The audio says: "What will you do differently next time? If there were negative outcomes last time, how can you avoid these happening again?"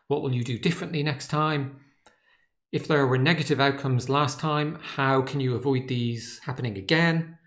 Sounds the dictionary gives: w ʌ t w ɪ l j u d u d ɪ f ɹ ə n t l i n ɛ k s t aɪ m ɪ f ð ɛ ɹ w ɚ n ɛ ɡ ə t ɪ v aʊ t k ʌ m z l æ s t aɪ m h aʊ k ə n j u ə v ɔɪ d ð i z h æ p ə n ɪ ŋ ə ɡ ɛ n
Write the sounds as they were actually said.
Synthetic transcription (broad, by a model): w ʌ t w ɪ l j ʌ d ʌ d ɪ f ɹ ə n t l i n ɛ k s t aɪ m ɪ f ð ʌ ɹ w ɚ n ɛ ɡ ə t ɪ v aʊ t k ʌ m z l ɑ s t aɪ m h aʊ k ə n j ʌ ə v ɔɪ d ð i z h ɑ p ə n ɪ ŋ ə ɡ ɛ n